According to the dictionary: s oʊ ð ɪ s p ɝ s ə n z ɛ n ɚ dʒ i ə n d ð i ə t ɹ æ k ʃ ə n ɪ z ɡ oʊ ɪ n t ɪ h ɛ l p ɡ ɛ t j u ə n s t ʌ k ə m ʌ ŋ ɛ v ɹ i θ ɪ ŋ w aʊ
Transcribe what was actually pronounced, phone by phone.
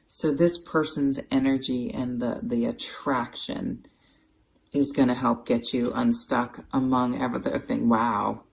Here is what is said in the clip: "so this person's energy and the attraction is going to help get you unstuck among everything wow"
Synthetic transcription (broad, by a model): s oʊ ð ɪ s p ɝ s ə n z ɛ n ɚ dʒ i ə n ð ð i ə t ɹ æ k ʃ ə n ɪ z ɡ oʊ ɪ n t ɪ h ɛ l p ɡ ɛ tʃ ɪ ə n s t ʌ k ə m ʌ ŋ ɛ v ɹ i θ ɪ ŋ w aʊ